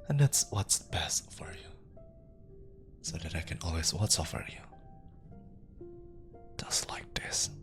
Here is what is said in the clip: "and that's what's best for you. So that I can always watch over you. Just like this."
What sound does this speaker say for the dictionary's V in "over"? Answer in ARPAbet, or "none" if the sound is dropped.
F